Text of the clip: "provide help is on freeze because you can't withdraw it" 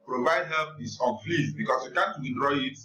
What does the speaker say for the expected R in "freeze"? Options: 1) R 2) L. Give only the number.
2